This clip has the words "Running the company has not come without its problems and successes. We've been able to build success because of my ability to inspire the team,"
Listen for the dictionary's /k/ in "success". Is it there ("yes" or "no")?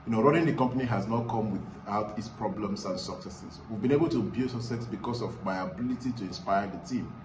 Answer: no